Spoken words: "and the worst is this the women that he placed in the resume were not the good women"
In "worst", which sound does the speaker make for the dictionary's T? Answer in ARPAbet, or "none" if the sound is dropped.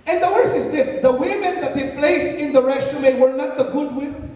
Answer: none